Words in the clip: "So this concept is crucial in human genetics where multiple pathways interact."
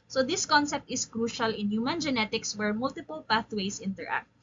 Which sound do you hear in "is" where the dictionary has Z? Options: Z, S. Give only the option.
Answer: S